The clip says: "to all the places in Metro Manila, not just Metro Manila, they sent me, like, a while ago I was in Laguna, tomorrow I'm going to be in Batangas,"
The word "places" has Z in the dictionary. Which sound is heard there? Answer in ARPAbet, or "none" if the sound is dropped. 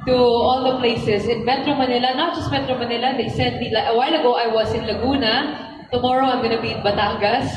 S